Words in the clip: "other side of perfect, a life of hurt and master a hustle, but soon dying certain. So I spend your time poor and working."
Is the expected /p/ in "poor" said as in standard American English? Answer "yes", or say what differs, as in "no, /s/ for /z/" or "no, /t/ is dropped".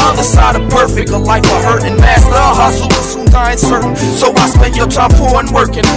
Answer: no, /f/ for /p/